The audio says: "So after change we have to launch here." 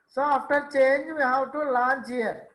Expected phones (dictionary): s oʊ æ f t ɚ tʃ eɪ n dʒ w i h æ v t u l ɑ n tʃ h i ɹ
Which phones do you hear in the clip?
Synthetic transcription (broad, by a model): s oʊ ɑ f t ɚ tʃ eɪ n dʒ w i h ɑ w t u l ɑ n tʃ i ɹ